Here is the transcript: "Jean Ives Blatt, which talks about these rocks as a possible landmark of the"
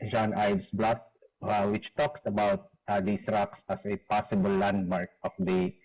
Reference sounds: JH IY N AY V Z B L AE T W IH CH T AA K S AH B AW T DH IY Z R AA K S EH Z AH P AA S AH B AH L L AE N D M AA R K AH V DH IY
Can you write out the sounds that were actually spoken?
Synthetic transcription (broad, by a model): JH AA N AY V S B L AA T W IH CH T AA K S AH B AW T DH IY S R AA K S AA S AH P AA S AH B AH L L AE N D M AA R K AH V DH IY